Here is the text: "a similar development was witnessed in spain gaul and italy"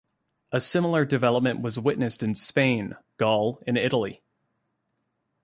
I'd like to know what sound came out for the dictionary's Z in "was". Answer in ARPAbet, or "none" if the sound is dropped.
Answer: Z